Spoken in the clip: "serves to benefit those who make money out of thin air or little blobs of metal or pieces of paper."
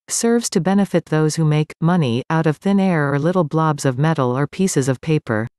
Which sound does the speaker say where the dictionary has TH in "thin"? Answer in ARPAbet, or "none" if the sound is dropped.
TH